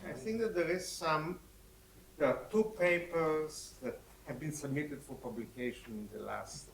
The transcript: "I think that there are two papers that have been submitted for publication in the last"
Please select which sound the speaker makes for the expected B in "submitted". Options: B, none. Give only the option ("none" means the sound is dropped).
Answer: B